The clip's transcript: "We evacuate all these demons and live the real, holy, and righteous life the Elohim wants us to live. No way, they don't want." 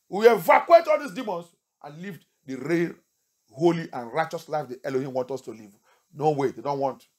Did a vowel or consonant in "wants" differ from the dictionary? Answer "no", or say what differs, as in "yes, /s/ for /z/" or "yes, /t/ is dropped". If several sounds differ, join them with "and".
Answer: yes, /s/ is dropped